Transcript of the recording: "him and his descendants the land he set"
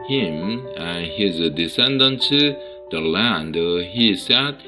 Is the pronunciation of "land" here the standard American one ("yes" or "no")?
yes